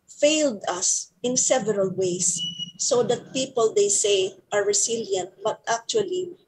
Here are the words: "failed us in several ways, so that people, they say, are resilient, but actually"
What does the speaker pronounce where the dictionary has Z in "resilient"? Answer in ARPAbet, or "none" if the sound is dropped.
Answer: S